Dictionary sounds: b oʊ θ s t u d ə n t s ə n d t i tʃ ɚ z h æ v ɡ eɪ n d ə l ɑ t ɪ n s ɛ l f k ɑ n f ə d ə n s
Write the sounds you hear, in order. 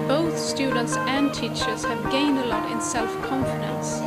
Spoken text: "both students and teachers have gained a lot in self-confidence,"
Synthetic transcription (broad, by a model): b oʊ θ s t u d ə n t s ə n t i tʃ ɚ z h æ v ɡ eɪ n d ə l ɑ t ɪ n s ɛ l f k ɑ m f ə d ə n s